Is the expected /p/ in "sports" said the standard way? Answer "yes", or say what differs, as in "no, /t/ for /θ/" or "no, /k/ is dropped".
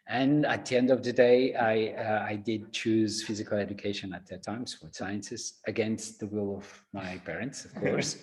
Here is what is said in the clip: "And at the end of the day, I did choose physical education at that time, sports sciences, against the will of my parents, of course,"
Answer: no, /f/ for /p/